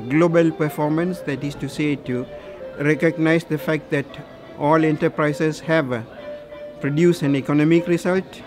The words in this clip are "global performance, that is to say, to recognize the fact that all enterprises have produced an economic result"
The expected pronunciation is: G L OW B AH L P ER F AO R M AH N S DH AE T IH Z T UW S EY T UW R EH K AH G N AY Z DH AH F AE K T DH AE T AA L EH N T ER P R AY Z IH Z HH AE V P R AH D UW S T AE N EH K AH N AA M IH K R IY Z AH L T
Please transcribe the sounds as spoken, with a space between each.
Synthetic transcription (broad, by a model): G L OW B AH L P ER F AO R M AH N S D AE T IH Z T UW S EY T UW R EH K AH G N AY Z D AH F AE K T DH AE T AA L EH N T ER P R AY S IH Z HH AE V P R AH D UW S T AE N EH K AH N AA M IH K R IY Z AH L T